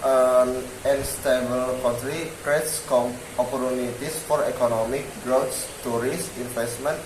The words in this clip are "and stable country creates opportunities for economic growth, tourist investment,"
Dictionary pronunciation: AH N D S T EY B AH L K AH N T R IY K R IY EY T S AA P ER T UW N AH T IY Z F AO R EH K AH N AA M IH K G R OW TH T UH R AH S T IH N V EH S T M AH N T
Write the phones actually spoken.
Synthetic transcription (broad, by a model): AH N S T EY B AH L K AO N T R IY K R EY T S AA P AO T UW N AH T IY S F AO R EH K AH N AA M IH K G R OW S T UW R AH S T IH N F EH S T M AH N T